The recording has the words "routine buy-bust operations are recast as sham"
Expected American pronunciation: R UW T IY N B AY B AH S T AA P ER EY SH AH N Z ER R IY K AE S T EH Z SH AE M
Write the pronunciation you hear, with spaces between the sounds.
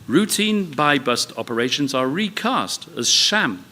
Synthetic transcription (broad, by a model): R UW T IY N B AY B AH S T AA P ER EY SH AH N Z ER R IY K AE S T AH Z SH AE M